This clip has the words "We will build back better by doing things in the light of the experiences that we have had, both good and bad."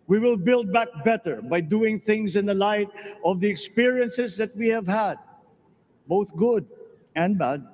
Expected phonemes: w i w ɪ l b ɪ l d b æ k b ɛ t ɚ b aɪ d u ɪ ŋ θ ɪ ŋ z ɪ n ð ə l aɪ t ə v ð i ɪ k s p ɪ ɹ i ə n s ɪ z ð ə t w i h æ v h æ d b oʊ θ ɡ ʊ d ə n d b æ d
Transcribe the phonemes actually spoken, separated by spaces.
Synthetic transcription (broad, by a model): w i w ɪ l b ɪ l d b æ k b ɛ t ɚ b aɪ d u ɪ ŋ θ ɪ ŋ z ɪ n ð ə l aɪ t ə v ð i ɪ k s p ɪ ɹ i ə n s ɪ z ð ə t w i h æ v h æ d b oʊ θ ɡ ʊ d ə n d b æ d